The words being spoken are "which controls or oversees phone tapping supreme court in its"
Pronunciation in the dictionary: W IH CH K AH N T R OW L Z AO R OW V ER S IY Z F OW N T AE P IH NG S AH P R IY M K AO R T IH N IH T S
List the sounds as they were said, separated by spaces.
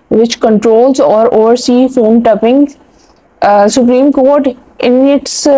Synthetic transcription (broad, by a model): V IH CH K AH N T R OW L Z AO R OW ER S IY F OW N T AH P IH NG S AH P R IY M K AO R T IH N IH T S